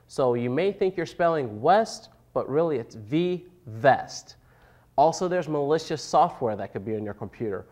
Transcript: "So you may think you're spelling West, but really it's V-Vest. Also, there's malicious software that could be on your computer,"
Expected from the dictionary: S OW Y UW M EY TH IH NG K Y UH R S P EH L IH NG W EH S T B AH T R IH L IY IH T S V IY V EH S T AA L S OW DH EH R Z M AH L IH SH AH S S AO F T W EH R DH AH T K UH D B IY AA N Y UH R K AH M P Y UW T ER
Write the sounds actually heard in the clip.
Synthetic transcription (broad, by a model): S OW Y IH M EY TH IH NG K Y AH R S P EH L IH NG W EH S T B AH T R IH L IY IH T S V IY V EH S T AA L S OW DH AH R Z M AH L IH SH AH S S AO F T W EH R DH AH T K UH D B IY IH N Y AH R K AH M P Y UW T ER